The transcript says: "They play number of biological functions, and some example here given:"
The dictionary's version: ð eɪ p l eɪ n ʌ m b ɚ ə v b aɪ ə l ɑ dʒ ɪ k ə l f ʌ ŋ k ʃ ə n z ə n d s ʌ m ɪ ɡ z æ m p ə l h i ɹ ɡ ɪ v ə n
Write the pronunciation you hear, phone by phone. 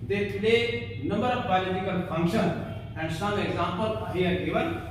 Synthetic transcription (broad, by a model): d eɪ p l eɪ n ʌ m b ɚ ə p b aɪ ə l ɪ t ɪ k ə l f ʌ ŋ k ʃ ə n ə n d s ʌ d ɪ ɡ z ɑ m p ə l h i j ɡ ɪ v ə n